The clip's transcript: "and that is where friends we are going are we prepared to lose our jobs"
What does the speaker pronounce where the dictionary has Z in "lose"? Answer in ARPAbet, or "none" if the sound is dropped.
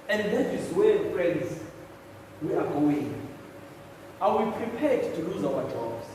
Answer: Z